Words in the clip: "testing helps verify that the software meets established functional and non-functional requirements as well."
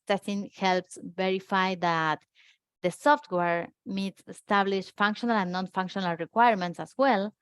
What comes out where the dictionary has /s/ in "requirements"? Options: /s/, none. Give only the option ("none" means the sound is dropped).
/s/